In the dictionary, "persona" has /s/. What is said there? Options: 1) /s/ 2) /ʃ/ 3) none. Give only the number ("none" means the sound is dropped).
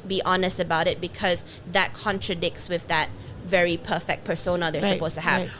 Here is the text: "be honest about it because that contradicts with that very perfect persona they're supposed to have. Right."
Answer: 1